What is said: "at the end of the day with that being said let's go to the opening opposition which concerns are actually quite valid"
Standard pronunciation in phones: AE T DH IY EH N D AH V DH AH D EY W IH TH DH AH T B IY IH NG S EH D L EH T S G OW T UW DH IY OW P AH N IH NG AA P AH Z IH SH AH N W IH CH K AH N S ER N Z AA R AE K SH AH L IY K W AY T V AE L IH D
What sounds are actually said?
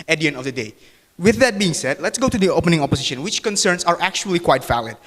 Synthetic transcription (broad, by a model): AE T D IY EH N D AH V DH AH D EY W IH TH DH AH T B IY IH NG S EH D L EH T S G OW T UW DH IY OW P AH N IH NG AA P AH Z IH SH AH N W IH CH K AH N S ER N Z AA R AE K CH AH L IY K W AY T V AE L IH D